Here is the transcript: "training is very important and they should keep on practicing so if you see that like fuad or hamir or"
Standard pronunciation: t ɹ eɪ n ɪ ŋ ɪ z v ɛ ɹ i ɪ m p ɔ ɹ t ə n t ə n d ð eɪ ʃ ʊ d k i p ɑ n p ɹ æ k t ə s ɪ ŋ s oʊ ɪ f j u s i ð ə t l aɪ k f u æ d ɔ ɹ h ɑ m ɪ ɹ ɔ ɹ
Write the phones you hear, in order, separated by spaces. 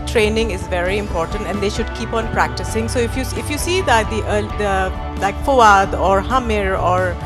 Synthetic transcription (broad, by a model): t ɹ eɪ n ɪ ŋ ɪ z v ɛ ɹ i ɪ m p ɔ ɹ t ə n t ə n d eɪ ʃ ʊ d k i p ɑ n p ɹ æ k t ə s ɪ ŋ s oʊ ɪ f j u s i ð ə t l aɪ k f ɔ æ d ɔ ɹ h ɑ m ɪ ɹ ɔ ɹ